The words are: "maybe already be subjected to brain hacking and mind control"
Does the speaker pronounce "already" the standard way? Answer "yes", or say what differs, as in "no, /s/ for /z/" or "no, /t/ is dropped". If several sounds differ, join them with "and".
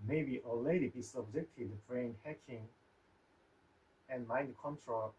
no, /ɹ/ is dropped